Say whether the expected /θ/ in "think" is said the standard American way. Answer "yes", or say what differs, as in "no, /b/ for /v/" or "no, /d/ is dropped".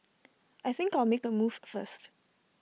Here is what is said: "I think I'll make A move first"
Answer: yes